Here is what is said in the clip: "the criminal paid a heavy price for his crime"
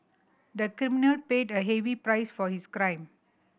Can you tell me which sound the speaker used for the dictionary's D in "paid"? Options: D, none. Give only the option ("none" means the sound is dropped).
D